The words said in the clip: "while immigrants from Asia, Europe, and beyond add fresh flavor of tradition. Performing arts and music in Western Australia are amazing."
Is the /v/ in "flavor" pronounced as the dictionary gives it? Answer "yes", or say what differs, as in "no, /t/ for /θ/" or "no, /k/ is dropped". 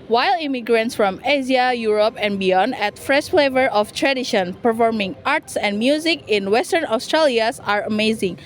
yes